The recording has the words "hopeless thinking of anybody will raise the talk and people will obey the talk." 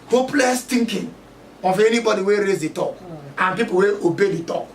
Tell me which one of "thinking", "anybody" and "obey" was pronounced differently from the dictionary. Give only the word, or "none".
thinking